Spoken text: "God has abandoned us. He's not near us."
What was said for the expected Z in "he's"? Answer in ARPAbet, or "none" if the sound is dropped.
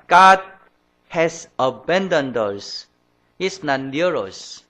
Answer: S